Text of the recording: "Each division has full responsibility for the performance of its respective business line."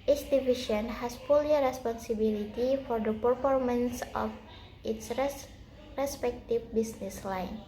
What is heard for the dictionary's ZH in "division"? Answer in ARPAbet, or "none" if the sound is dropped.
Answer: SH